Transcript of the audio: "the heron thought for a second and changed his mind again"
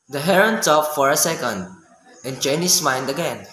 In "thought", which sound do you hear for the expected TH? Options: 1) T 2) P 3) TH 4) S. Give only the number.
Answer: 1